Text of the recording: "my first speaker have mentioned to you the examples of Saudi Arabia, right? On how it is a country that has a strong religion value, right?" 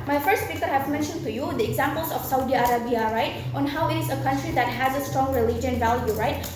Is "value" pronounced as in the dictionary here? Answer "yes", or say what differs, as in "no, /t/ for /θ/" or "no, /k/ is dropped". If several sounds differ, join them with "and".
yes